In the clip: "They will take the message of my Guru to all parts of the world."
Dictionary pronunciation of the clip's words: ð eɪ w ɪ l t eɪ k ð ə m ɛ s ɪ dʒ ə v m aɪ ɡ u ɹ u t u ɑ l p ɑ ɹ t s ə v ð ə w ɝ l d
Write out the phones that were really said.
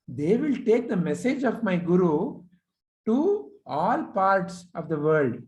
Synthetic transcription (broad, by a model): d eɪ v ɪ l t eɪ k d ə m ɛ s ɪ dʒ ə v m aɪ ɡ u ɹ u t u ɑ l p ɑ ɹ t s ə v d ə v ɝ l d